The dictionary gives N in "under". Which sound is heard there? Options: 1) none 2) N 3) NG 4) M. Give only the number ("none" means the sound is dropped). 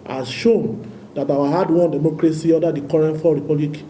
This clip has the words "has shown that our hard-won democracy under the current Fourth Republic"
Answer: 1